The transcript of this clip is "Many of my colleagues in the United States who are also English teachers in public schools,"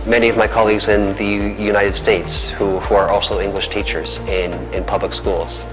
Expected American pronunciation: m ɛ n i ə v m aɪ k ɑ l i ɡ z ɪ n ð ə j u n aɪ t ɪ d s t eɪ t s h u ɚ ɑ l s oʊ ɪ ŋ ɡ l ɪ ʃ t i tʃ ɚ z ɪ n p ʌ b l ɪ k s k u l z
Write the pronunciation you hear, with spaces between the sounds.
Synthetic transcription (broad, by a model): m ɛ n i ə v m aɪ k ɑ l i ɡ z ɪ n ð ə j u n aɪ t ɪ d s t eɪ t s h u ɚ ɑ l s oʊ ɪ ŋ ɡ l ɪ ʃ t i tʃ ɚ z ɪ n p ʌ b l ɪ k s k u l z